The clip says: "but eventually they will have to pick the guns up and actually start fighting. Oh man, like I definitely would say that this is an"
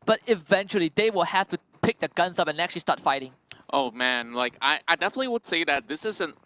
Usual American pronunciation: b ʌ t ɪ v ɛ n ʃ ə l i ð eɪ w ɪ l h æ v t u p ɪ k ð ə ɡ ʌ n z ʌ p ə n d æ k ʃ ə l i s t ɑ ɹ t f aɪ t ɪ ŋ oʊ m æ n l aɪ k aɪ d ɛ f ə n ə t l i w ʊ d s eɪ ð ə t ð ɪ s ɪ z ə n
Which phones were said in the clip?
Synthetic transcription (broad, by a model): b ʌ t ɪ v ɛ n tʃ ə l i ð eɪ w ɪ l h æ f t u p ɪ k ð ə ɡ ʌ n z ʌ p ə n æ k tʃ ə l i s t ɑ t f aɪ t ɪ ŋ oʊ m æ n l aɪ k aɪ d ɛ f ə n ə t l i w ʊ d s eɪ ð ə t ð ɪ s ɪ z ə n